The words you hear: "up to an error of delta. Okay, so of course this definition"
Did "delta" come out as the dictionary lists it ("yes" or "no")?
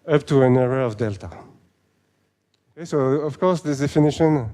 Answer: yes